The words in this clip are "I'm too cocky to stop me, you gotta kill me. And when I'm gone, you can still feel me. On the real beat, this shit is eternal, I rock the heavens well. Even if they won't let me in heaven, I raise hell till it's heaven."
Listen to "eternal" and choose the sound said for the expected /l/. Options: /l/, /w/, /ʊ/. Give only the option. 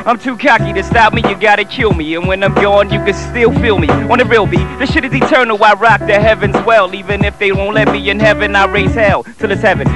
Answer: /w/